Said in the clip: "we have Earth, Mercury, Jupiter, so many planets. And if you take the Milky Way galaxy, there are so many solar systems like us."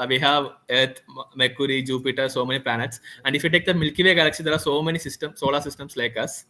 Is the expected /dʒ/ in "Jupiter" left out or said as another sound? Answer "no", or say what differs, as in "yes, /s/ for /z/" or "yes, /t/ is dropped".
no